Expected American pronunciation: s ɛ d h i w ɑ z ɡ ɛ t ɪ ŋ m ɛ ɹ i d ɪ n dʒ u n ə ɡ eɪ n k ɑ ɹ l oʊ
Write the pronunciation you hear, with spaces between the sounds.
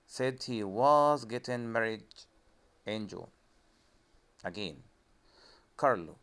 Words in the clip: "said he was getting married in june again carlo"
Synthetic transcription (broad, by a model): s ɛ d h i w ɑ z ɡ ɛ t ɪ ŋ m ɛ ɹ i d ɪ n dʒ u l ə ɡ eɪ n k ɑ ɹ l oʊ